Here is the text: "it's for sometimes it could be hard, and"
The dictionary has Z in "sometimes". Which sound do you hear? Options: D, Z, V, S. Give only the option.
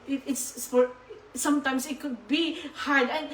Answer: S